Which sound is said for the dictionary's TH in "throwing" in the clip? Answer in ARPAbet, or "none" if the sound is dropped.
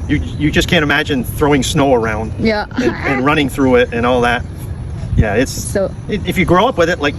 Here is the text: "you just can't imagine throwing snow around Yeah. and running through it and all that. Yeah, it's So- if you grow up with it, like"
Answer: TH